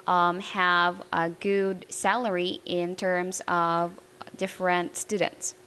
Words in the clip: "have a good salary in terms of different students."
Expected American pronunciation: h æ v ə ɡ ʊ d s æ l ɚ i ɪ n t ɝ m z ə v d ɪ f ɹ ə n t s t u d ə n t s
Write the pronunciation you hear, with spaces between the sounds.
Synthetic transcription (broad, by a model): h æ v ə ɡ ʊ d s æ l ɚ i ɪ n t ɝ m z ə v d ɪ f ɹ ə n t s t u d n t s